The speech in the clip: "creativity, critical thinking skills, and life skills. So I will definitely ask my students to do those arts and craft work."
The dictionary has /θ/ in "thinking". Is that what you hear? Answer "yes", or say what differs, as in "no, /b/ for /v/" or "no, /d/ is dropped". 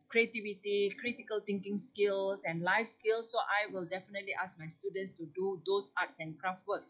no, /t/ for /θ/